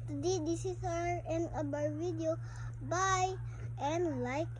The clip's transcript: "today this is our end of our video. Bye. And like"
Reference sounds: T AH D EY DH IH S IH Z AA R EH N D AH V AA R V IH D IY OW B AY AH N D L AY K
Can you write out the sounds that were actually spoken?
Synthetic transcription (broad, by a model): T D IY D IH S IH S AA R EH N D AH B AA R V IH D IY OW B AY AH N L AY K